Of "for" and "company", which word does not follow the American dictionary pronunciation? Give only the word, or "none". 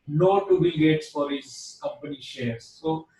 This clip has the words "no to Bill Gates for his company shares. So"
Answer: none